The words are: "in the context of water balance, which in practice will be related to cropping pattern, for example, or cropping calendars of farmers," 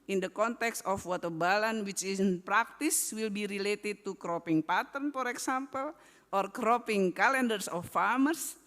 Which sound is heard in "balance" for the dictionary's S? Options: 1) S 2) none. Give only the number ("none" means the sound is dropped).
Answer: 2